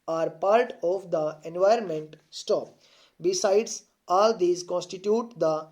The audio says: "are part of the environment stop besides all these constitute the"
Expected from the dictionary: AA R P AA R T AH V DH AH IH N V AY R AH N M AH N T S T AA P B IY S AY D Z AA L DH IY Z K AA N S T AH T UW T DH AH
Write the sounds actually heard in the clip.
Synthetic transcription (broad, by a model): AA R P AA R T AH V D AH IH N V AY R AH N M AH N T S T AA P B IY S AY D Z AA L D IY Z K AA N S T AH T UW T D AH